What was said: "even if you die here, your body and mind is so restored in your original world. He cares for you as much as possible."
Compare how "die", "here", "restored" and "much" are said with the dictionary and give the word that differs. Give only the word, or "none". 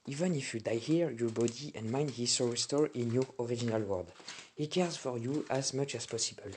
restored